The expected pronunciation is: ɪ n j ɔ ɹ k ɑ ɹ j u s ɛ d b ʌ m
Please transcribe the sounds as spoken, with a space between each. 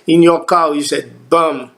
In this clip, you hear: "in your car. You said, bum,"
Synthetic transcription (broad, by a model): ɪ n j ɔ k ɑ w j u s ɛ d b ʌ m